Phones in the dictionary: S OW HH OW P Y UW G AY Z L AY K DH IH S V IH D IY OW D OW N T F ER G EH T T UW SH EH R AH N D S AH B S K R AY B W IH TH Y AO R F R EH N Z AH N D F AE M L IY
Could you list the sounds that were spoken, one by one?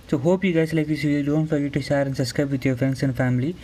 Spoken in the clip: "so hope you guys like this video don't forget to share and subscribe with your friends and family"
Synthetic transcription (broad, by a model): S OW HH OW P Y UW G AY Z L AY K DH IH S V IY D OW N T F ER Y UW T T UW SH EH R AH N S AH S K AY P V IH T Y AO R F R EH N S AH N D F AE M L IY